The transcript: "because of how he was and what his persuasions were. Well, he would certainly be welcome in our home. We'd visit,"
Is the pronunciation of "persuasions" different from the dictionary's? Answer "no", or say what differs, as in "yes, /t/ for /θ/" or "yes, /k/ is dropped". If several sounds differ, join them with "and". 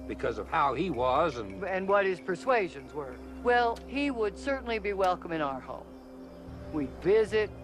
no